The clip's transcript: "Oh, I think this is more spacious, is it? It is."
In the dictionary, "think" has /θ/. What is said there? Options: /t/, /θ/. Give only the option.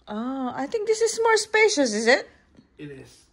/t/